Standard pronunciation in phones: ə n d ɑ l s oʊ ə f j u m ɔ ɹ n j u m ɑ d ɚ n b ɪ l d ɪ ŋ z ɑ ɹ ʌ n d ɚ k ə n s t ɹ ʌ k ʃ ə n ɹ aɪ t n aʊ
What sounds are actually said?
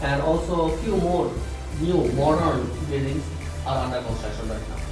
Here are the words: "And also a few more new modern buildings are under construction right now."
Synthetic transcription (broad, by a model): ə n d ɑ l s oʊ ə f j u m ɔ ɹ n j u m ɑ d ɚ n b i d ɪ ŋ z ɑ ɹ ʌ n d ɚ k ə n s t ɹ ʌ k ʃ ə n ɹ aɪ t n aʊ